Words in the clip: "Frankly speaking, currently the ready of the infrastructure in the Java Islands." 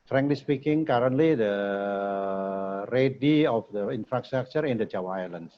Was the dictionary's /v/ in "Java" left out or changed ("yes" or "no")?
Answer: yes